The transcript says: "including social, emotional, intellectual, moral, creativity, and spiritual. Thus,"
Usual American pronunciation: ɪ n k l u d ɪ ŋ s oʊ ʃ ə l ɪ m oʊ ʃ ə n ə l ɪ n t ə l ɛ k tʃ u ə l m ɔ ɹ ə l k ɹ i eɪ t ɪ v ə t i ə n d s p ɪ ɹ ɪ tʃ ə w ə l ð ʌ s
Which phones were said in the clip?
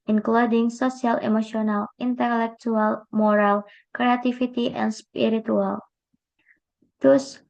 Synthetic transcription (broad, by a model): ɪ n k l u d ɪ ŋ s oʊ s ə l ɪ m oʊ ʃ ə n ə l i n t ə l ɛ k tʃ u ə l m ɔ ɹ ə l k ɹ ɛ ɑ t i f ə t i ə n s p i ɹ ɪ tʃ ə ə l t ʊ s